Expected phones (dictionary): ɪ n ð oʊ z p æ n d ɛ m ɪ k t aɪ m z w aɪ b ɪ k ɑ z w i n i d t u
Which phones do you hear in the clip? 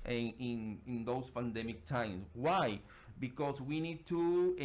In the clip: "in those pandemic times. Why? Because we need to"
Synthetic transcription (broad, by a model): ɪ n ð oʊ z p æ n d ɛ m ɪ k t aɪ m s w aɪ b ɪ k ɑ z w i n i d t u